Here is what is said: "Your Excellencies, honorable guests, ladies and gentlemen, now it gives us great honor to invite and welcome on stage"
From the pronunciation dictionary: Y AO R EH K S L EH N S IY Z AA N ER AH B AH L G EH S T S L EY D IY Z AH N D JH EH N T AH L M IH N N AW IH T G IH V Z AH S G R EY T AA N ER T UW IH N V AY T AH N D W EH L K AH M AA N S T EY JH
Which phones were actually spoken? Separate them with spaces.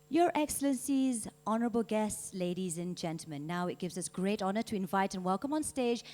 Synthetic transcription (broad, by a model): Y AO R EH K S L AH N S IY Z AA N ER AH B AH L G EH S T S L EY D IY Z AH N JH EH N T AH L M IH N N AW IH T G IH V Z AH S G R EY T AA N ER T UW IH N V AY T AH N W EH L K AH M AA N S T EY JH